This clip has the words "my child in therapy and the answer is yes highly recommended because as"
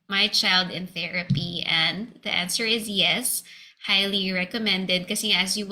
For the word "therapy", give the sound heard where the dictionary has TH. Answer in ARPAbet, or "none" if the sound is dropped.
TH